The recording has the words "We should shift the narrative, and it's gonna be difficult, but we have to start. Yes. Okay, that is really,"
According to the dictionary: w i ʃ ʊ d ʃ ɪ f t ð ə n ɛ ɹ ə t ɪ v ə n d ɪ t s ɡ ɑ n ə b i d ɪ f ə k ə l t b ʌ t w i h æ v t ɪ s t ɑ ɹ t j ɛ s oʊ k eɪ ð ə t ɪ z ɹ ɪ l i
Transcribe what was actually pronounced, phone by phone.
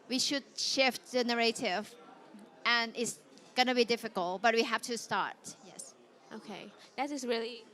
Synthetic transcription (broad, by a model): w i ʃ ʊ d ʃ ɪ f t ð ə n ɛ ɹ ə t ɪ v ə n ɪ t s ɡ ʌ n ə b i d ɪ f ə k ə l t b ʌ t w i h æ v t ɪ s t ɑ ɹ t j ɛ s oʊ k eɪ ð ə t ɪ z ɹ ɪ l i